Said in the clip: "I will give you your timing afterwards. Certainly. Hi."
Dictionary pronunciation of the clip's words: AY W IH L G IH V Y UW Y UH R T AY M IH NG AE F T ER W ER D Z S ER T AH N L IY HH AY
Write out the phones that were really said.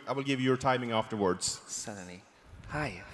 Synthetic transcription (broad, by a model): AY W IH L G IH V Y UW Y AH R T AY M IH NG AE F T ER W ER D Z S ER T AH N IY HH AY